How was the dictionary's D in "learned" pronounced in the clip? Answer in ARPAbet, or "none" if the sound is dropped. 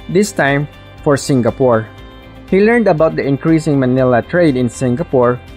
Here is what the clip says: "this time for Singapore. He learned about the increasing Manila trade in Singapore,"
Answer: D